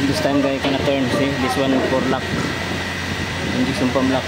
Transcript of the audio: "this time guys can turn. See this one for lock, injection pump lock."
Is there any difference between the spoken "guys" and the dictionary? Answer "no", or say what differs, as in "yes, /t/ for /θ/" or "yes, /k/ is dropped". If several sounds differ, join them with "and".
yes, /z/ is dropped